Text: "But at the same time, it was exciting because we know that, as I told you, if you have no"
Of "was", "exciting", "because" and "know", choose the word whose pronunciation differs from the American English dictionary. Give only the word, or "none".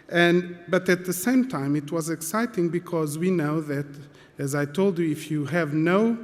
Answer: none